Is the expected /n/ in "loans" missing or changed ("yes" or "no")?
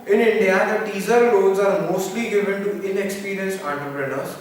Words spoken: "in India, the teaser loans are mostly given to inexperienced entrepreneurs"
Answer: yes